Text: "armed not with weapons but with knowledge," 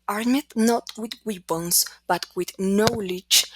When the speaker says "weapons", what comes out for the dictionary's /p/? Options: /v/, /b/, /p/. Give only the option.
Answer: /b/